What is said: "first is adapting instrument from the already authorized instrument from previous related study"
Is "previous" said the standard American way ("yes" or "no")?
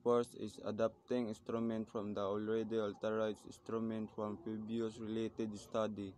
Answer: no